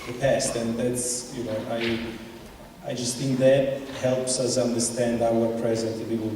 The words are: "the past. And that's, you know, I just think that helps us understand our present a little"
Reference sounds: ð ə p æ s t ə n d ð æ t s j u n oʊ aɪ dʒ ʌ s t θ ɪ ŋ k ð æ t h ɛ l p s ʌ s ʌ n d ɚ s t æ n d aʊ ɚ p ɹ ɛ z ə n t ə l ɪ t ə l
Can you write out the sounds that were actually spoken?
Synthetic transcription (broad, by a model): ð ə p æ s t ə n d ð æ t s j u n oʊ aɪ dʒ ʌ s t θ ɪ ŋ k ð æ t h ɛ l p s ʌ s ʌ n d ɚ s t æ n d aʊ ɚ p ɹ ɛ z ə n t ə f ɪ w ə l